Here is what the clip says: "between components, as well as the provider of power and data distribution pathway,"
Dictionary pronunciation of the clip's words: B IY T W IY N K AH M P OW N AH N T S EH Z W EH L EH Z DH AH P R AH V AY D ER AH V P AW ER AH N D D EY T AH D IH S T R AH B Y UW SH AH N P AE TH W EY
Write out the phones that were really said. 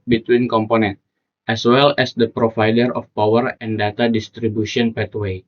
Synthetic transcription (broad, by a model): B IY T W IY N K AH M P OW N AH N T EH S W EH L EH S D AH P R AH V AY D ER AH F P AW ER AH N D D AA T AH D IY S T R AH B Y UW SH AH N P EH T W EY